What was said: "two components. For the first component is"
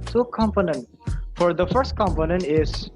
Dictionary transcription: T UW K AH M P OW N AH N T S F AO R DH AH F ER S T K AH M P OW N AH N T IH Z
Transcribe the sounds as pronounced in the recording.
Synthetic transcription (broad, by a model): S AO K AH M P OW N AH N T F AO R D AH F ER S T K AH M P OW N AH N T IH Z